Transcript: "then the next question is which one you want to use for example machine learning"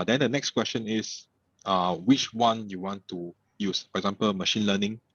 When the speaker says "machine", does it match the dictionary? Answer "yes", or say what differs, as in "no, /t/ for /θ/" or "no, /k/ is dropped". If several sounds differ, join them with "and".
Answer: yes